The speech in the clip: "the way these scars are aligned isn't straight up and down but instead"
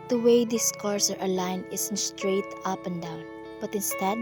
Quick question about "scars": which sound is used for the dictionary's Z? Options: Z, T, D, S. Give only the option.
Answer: S